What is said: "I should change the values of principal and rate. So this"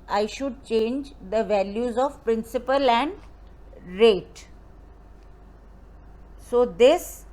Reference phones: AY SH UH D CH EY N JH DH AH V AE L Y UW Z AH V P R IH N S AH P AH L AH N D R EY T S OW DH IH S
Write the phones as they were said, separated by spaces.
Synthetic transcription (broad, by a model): AY SH UH D CH EY N JH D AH V AE L Y UW Z AH V P R IH N S AH P AH L AH N D R EY T S OW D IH S